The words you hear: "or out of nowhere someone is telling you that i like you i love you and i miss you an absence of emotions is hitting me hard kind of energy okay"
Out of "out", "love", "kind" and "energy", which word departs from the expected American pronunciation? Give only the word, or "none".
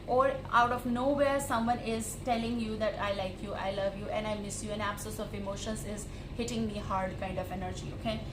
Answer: none